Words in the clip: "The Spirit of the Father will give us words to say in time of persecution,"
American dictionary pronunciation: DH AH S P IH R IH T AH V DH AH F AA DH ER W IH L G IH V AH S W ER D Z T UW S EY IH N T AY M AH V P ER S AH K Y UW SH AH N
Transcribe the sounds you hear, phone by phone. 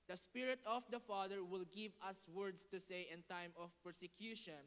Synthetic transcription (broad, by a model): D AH S P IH R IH T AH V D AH F AA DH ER W IH L G IH V AH S W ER D S T UW S EY IH N T AY M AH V P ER S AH K Y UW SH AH N